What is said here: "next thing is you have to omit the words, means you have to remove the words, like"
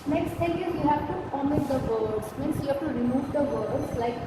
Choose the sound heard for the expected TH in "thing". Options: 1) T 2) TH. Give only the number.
1